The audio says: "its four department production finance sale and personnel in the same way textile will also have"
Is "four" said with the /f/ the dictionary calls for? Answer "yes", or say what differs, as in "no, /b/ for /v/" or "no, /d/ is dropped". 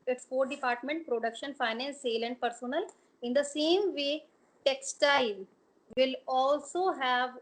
no, /p/ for /f/